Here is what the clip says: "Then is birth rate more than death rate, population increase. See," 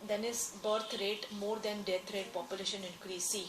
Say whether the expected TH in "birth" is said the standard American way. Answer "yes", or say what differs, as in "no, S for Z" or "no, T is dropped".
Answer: no, T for TH